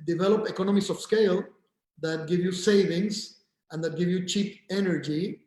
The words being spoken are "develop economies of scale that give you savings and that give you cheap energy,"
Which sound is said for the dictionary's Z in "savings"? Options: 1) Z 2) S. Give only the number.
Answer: 2